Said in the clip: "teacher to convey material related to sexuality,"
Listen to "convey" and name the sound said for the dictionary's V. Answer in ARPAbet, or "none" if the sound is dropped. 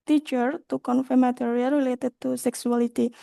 F